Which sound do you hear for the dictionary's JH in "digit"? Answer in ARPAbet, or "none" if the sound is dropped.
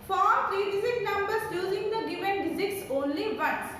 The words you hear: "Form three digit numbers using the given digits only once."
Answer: Z